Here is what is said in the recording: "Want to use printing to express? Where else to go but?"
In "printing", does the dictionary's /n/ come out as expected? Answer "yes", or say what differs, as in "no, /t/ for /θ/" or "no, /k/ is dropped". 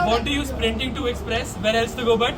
yes